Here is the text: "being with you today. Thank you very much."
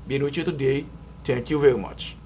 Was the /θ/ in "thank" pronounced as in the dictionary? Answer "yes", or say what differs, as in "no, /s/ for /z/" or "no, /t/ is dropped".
no, /t/ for /θ/